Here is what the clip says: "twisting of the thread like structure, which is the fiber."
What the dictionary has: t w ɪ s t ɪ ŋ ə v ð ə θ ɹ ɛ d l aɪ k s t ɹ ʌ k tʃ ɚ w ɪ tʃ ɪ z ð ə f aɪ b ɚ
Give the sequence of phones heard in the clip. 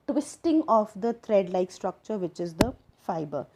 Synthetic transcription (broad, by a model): t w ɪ s t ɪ ŋ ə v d ə t ɹ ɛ d l aɪ k s t ɹ ʌ k tʃ ɚ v ɪ tʃ ɪ z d ə f aɪ b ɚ